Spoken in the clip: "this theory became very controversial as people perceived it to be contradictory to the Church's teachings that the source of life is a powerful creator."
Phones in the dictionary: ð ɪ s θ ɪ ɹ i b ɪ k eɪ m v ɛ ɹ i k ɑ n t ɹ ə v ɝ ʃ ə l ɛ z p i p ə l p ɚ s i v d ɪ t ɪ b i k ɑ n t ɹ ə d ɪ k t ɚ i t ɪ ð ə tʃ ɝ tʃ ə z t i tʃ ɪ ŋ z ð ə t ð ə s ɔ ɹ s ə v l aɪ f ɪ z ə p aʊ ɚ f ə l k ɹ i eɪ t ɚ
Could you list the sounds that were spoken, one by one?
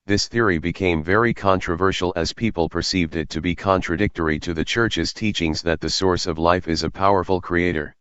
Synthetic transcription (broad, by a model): ð ɪ s θ ɪ ɹ i b ɪ k eɪ m v ɛ ɹ i k ɑ n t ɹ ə v ɝ ʃ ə l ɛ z p i p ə l p ɚ s i v d ɪ t ɪ b i k ɑ n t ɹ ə d ɪ k t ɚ i t ɪ ð ə tʃ ɝ tʃ ə z t i tʃ ɪ ŋ z ð ə t ð ə s ɔ ɹ s ə v l aɪ f ɪ z ə p aʊ ɚ f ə l k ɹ i eɪ t ɚ